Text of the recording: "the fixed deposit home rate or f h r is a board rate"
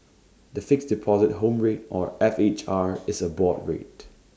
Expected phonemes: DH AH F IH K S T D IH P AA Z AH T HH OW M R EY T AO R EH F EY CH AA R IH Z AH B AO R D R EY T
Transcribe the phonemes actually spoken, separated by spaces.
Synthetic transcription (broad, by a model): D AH F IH K S D IH P AA Z AH T HH OW M R EY T AO R EH F EY CH AA R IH S AH B AO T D R EY T